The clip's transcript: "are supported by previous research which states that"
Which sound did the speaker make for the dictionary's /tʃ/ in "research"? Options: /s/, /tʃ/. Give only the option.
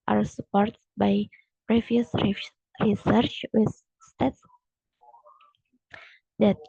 /tʃ/